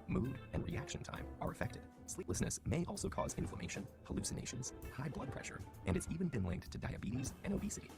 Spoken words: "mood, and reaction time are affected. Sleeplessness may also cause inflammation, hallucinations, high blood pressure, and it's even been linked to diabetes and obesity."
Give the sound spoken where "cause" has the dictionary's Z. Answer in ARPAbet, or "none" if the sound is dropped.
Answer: Z